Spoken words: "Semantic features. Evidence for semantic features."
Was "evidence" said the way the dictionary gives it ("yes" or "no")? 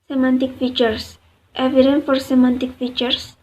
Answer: no